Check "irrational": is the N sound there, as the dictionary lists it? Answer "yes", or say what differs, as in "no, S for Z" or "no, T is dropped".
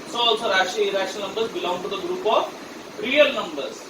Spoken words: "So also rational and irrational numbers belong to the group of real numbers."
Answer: no, N is dropped